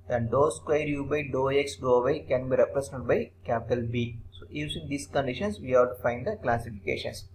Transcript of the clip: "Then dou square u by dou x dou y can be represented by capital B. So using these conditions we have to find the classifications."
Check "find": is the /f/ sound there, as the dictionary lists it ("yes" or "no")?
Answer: yes